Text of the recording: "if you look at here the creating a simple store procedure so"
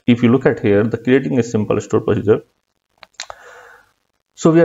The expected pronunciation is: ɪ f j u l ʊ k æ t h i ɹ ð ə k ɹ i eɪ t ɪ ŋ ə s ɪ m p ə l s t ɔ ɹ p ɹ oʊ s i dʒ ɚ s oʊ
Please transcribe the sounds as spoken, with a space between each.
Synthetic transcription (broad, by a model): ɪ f j u l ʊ k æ t h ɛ ɹ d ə k ɹ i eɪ t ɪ ŋ ə s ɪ m p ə l s t ɔ ɹ p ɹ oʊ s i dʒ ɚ s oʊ